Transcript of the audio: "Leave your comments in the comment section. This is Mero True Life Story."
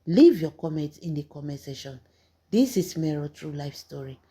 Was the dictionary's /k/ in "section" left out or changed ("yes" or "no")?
yes